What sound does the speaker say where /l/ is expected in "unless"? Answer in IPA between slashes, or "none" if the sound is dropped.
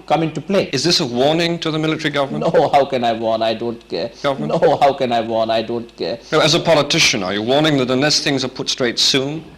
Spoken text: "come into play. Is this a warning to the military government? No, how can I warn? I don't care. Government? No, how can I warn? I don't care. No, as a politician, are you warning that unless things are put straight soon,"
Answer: none